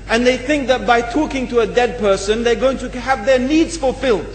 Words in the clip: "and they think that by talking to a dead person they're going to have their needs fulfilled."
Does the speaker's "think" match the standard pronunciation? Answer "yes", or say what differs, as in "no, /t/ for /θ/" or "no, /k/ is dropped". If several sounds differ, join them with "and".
yes